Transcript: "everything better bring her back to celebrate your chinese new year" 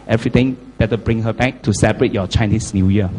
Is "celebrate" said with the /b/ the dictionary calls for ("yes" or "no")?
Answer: no